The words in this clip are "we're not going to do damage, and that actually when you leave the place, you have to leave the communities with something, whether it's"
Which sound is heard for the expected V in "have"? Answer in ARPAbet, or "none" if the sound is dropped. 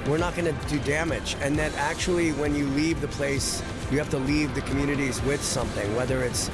F